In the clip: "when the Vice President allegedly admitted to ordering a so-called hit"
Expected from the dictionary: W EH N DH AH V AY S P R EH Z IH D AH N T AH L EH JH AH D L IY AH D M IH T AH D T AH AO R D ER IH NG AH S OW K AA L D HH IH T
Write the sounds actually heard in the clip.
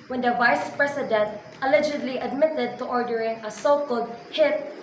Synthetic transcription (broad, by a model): W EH N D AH V AY S P R EH S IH D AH N T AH L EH JH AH D L IY AH D M IH T AH D T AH AO R D ER IH NG AH S OW K AA L D HH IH T